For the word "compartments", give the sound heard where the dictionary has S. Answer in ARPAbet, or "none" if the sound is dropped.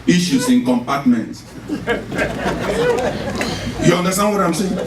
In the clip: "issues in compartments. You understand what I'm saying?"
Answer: none